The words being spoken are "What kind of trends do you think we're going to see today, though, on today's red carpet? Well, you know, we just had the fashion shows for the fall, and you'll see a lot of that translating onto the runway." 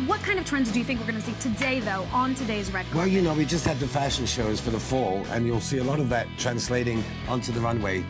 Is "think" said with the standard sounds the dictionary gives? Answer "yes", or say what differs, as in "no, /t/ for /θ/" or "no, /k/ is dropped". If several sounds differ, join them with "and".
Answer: yes